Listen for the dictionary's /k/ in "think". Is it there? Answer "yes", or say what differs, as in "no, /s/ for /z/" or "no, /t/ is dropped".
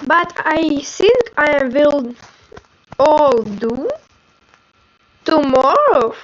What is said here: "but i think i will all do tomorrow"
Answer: yes